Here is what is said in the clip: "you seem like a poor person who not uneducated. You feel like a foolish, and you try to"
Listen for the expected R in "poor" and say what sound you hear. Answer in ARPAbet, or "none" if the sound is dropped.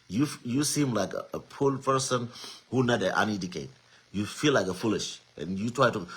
L